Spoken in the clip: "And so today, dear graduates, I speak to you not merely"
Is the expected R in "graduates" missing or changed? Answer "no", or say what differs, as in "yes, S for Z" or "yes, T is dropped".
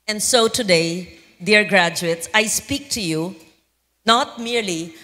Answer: no